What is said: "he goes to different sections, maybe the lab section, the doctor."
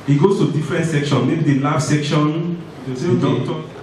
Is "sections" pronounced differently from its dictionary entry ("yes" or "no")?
yes